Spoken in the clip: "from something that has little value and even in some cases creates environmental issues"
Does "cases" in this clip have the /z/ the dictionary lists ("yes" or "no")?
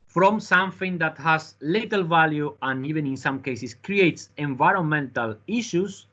no